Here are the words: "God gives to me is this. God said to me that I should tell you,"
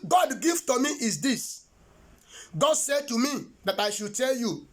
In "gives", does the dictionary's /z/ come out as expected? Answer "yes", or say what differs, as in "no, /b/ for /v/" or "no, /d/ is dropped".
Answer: no, /z/ is dropped